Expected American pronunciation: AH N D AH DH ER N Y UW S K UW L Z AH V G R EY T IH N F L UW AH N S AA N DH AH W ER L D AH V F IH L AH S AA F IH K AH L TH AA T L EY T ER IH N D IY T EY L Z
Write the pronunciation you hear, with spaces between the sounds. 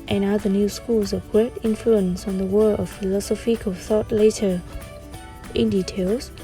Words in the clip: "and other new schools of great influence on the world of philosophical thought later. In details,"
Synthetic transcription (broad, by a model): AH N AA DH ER N Y UW S K UW L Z AH V G R EY T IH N F L UW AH N S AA N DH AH W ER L AH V F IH L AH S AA F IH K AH TH AA T L EY T ER IH N D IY T EY L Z